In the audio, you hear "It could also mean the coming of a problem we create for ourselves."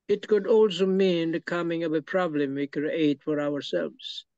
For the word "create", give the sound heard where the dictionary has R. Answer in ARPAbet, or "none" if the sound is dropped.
none